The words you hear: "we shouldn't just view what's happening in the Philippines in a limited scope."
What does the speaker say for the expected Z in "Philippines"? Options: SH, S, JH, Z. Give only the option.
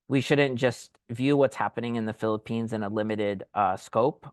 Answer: Z